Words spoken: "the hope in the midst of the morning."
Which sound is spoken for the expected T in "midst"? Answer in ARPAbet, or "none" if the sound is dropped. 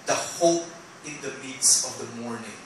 none